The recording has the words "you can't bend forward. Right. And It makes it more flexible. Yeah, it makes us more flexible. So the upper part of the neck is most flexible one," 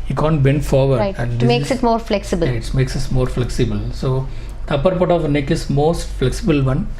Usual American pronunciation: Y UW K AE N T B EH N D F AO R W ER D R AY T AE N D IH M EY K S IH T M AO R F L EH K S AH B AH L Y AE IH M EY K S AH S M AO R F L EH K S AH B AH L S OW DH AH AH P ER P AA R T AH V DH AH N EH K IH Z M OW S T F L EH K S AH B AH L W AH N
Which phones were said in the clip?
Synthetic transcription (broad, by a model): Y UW K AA N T B EH N D F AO R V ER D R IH AE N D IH M EY K S IH T M AO R F L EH K S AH B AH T M EY K S AH S M AO R F L EH K S AH B AH L S OW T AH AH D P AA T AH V N EH K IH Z M OW S T F L EH K S AH B AH L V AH N